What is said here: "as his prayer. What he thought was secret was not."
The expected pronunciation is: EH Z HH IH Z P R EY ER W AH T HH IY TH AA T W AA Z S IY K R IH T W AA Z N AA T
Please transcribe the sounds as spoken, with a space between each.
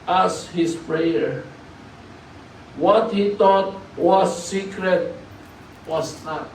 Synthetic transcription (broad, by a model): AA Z HH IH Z P R EY ER W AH T HH IY T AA T W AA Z S IY K R IH T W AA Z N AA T